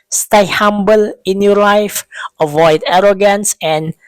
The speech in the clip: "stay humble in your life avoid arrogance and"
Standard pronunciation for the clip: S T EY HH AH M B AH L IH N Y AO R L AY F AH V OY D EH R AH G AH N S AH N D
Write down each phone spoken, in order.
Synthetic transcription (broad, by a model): S T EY HH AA M B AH L IH N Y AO L AY F AH V OY D EH R AH G AH N S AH N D